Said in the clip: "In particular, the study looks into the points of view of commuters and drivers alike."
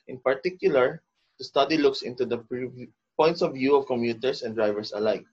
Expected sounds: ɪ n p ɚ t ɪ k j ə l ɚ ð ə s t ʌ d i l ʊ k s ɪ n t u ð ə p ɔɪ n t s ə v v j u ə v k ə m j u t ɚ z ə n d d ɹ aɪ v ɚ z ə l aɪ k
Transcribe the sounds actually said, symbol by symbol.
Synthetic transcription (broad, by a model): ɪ n p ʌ t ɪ k j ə l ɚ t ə s t ʌ d i l ʊ k s ɪ n t u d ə p ɔɪ n t s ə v v j u ə v k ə m j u t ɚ s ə n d d ɹ aɪ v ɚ s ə l aɪ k